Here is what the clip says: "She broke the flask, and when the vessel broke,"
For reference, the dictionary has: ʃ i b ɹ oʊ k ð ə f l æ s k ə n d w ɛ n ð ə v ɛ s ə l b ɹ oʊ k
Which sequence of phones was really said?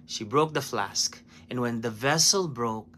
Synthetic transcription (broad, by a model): ʃ i b ɹ oʊ k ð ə f l æ s k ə n w ɛ n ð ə v ɛ s ə l b ɹ oʊ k